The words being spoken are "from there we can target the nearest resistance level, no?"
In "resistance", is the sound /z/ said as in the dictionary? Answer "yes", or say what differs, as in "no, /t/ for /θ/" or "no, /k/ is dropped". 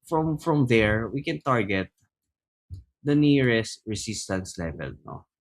no, /s/ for /z/